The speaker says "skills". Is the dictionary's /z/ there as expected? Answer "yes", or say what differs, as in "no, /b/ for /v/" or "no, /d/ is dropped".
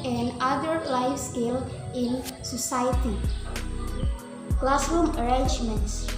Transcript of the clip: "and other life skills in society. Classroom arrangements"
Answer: no, /z/ is dropped